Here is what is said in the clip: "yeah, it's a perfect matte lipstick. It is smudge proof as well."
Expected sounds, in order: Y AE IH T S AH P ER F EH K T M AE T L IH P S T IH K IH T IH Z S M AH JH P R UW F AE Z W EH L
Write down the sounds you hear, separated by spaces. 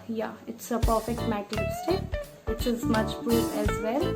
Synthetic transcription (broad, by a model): Y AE IH T S AH P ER F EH K T M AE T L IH S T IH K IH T IH Z M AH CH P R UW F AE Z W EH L